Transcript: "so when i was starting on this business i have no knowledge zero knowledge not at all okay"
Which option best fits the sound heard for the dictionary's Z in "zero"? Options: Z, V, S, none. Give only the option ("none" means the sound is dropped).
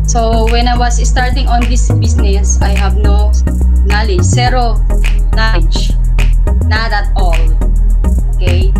S